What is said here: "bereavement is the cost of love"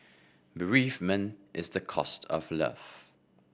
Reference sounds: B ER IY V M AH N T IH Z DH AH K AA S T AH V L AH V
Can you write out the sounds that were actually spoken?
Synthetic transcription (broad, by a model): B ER IY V M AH N T IH Z DH AH K AA S T AH V L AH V